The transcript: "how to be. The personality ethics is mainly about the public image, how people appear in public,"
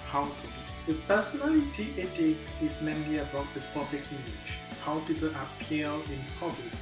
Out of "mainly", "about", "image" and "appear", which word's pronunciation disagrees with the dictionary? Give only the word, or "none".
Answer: appear